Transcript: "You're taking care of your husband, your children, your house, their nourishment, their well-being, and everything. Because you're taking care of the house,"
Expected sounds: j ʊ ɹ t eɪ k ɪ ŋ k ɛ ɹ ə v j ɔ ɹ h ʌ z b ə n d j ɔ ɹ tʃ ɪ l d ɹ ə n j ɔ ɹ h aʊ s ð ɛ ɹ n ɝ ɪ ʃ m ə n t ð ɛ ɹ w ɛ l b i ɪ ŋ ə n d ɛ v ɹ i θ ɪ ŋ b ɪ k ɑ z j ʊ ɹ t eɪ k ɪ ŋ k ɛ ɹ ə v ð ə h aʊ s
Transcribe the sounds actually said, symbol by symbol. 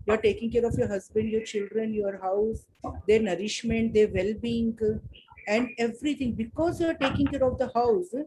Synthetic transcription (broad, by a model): j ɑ ɹ t eɪ k ɪ ŋ k ɛ ɹ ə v j ɔ ɹ h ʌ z b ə n d j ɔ ɹ tʃ ɪ l d ɹ ə n j ɔ ɹ h aʊ s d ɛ ɹ n ɝ ɪ ʃ m ə n t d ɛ ɹ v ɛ l b i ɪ ŋ ə n d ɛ v ɹ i t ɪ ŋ b ɪ k ɑ z j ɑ ɹ t eɪ k ɪ ŋ k ɛ ɹ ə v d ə h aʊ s